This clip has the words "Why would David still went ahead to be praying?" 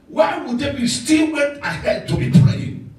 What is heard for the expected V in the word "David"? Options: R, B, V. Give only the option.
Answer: B